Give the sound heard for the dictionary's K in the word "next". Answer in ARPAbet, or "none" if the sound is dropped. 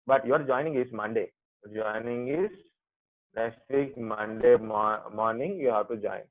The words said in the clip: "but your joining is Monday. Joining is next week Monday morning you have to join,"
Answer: none